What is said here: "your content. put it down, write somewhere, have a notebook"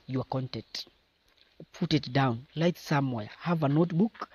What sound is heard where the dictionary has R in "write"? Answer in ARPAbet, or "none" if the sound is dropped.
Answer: L